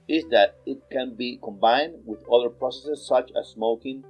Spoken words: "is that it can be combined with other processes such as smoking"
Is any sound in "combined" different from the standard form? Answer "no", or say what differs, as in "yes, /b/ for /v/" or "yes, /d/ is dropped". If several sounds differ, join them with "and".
no